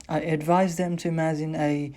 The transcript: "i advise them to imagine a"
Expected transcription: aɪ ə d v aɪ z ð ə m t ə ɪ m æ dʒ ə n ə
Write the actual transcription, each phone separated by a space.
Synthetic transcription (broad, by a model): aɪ ə d v aɪ z ð ə m t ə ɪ m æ z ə n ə